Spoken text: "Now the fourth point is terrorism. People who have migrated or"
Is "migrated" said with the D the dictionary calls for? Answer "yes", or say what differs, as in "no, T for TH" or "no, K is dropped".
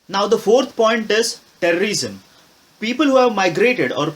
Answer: yes